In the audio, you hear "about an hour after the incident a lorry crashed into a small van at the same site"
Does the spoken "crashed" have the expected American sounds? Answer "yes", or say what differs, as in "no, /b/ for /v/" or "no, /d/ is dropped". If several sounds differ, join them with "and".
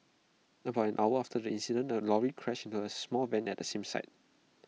no, /t/ is dropped